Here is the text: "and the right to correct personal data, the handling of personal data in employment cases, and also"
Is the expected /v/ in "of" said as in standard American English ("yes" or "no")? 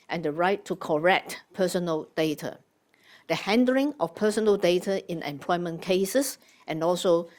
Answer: no